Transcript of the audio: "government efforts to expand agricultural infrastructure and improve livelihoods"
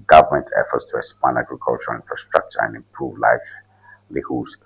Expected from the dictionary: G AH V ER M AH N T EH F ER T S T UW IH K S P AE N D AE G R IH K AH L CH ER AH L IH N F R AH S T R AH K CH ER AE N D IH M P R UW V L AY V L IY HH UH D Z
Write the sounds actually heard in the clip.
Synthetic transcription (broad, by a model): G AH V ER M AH N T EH F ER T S T UW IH S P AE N AE G R IH K AH L CH ER AH L IH N F R AH S T R AH K CH ER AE N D IH M P R UW V L AY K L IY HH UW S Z